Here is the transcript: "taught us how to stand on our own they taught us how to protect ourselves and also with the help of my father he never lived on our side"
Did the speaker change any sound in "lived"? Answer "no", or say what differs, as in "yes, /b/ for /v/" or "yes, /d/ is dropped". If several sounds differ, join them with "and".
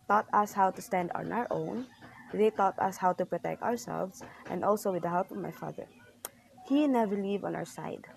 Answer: yes, /d/ is dropped